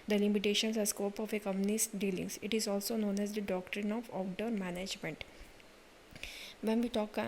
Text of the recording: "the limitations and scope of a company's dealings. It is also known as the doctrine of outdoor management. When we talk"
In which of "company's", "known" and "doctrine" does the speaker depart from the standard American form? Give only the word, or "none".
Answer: company's